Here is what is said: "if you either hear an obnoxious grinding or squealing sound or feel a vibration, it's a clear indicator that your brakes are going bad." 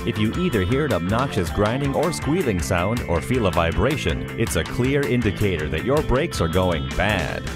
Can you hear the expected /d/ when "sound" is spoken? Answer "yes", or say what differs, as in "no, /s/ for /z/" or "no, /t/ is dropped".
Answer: yes